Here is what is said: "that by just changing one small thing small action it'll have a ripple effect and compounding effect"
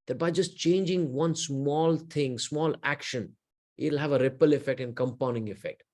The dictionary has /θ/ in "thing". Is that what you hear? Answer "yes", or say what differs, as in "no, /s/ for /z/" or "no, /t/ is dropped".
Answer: no, /t/ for /θ/